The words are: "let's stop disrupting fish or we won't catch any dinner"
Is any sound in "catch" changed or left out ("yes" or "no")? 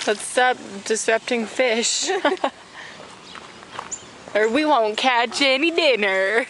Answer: no